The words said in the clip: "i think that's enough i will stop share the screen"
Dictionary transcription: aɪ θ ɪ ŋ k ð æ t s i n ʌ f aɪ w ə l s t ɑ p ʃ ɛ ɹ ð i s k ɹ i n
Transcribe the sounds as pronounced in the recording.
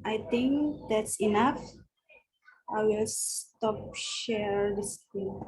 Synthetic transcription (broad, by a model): aɪ t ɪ ŋ k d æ t s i n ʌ f aɪ w ə l s t ɑ p ʃ ɛ ɹ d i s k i